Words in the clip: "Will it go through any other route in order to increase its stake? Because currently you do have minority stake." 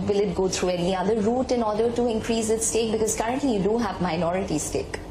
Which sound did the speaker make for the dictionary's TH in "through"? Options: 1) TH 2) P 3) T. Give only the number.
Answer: 3